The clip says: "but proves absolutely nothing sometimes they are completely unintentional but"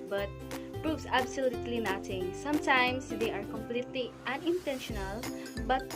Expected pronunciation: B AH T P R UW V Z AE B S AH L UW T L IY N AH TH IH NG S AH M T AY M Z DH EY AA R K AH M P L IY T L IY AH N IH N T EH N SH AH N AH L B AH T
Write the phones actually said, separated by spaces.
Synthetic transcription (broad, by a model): B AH T P R UW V S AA B S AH L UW T L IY N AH T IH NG S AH M T AY M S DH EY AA R K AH M P L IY T L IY AH N IH N T EH N SH AH N AH L B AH T